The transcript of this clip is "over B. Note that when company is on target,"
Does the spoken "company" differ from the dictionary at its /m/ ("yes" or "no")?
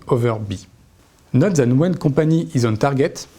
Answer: yes